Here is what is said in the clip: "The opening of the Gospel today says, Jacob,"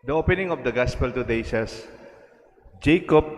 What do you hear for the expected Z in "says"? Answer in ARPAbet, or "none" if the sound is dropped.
S